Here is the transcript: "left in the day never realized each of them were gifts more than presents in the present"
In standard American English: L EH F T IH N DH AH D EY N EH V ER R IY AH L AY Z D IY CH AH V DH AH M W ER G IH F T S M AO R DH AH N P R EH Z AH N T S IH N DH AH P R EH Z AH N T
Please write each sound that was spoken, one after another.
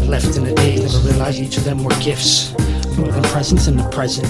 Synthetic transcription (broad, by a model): L EH F T IH N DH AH D EY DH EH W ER R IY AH L AY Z IY CH AH V DH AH M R G IH F T S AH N P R EH Z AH N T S IH N DH AH P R EH Z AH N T